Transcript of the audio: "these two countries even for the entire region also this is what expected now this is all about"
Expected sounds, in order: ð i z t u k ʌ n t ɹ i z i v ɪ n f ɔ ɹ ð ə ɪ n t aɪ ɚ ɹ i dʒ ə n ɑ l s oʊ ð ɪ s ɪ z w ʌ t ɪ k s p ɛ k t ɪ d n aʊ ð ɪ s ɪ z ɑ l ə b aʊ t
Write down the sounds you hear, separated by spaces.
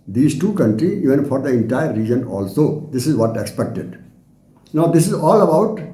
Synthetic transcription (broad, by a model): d i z t u k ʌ n t ɹ i i v ɪ n f ɔ ɹ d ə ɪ n t aɪ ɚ ɹ i dʒ ə n ɑ l s oʊ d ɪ s ɪ z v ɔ t ɪ k s p ɛ k t ɪ d n aʊ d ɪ s ɪ z ɑ l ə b aʊ t